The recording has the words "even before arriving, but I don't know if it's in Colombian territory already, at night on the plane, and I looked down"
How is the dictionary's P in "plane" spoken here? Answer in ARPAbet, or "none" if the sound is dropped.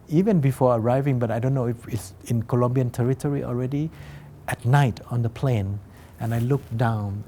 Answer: P